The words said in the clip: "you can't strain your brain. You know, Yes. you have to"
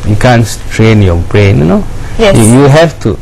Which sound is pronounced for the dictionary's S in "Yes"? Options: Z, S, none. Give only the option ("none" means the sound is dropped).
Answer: none